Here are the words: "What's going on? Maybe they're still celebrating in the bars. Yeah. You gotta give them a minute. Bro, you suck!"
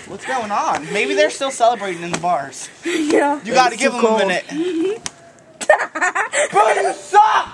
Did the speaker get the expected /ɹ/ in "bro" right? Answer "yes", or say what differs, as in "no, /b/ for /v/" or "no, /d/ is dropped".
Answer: no, /ɹ/ is dropped